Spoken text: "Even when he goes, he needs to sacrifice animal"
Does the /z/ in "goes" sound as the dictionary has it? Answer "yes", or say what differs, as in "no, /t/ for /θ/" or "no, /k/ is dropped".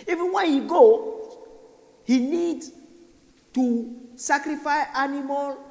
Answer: no, /z/ is dropped